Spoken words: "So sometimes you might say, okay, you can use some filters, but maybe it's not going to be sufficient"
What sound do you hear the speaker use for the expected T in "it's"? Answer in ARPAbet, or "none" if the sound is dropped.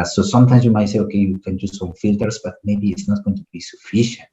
T